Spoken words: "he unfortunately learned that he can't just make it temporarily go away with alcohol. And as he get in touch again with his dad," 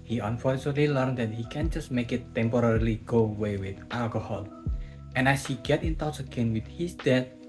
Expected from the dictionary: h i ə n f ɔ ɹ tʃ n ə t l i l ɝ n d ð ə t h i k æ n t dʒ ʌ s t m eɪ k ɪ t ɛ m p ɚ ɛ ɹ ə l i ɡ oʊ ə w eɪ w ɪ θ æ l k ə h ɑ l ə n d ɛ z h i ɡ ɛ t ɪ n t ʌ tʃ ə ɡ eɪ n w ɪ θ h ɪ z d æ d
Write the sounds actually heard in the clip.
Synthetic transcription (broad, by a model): h i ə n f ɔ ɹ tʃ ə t l i l ɝ n d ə t h i k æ n dʒ ʌ s t m eɪ k ɪ t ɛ m p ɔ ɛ ɹ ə l i ɡ oʊ w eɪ w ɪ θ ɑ l k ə h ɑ l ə n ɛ s h i ɡ ɛ t ɪ n t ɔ s ə ɡ eɪ n w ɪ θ h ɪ s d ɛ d